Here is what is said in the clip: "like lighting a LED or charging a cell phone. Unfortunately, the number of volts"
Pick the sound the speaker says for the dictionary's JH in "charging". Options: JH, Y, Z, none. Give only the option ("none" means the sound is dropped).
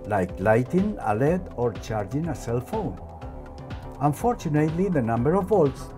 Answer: JH